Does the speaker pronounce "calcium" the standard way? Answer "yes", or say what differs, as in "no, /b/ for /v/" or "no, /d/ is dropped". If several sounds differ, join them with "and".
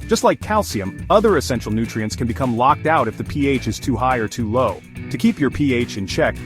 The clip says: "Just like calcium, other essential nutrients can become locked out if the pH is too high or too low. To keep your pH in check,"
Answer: yes